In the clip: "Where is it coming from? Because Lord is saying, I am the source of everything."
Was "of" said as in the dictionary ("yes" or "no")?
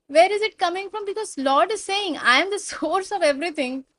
yes